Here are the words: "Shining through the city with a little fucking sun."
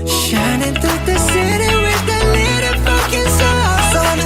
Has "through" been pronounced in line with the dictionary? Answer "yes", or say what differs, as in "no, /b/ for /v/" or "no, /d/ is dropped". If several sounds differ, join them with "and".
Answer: no, /ɹ/ is dropped